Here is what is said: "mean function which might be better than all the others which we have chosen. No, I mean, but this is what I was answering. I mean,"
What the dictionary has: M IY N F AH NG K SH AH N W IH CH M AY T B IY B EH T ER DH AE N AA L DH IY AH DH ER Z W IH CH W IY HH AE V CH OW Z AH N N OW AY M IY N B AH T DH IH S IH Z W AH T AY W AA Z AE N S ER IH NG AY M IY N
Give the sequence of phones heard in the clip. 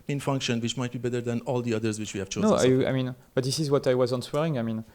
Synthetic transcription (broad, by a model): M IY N F AH NG K SH AH N W IH CH M AY T B IY B EH T ER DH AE N AA L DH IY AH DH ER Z W IH CH W IY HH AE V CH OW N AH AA AY M IY N B AH T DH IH S IH Z W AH T AY W AA Z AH N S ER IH NG AY M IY N